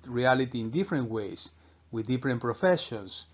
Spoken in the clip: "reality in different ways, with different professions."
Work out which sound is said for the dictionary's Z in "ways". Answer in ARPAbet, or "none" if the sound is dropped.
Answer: S